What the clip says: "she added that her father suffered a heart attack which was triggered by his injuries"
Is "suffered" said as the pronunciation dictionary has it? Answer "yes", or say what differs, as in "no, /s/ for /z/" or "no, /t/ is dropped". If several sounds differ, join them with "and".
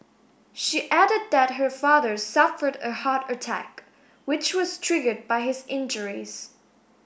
yes